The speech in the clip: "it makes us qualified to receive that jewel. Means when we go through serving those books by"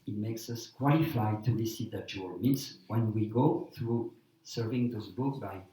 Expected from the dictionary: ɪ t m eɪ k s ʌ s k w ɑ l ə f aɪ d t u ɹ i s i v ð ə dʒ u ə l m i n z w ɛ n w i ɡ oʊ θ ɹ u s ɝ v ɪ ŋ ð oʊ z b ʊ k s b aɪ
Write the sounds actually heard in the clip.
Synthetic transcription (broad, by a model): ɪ t m eɪ k s ʌ s k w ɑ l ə f aɪ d t u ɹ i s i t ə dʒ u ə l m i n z w ɛ n w i ɡ oʊ θ ɹ u s ɝ v ɪ ŋ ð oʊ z b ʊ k b aɪ